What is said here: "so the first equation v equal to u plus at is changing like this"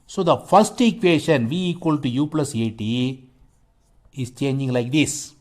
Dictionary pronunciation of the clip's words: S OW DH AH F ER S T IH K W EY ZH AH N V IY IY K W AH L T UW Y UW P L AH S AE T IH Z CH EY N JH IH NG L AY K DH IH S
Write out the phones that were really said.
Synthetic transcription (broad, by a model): S OW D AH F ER S T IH K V EY SH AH N V IY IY K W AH L T UW Y UW P L AH S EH T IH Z CH EY N JH IH NG L AY K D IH S